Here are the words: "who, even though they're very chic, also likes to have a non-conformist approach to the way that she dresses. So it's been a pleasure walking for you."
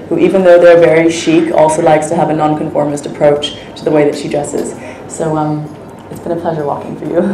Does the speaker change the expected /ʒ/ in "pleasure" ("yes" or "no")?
no